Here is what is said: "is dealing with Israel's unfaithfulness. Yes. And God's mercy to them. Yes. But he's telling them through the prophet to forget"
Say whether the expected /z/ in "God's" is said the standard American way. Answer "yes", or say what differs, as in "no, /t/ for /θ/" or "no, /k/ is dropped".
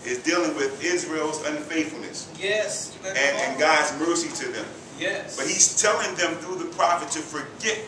yes